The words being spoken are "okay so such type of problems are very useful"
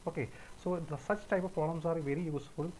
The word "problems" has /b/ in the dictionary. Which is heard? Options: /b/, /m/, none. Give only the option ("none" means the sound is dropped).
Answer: none